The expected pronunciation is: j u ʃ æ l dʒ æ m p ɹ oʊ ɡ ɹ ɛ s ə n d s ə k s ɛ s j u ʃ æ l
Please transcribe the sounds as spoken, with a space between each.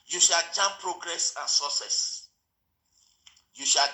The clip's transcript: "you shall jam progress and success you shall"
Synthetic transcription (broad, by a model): j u ʃ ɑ l tʃ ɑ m p ɹ oʊ ɡ ɹ ɛ s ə n s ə s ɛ s j u ʃ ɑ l